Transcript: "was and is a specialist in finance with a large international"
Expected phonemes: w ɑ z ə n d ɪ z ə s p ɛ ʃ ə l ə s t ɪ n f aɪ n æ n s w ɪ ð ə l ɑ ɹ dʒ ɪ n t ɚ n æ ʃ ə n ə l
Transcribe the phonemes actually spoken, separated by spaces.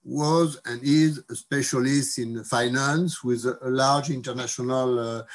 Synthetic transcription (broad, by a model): w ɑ z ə n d ɪ z ə s p ɛ ʃ ə l ə s t ɪ n f aɪ n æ n s w ɪ ð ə l ɑ ɹ dʒ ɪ n t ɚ n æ ʃ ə n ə l